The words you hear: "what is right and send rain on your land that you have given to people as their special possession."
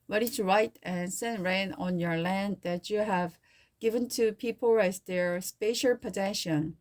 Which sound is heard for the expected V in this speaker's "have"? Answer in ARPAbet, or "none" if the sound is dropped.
V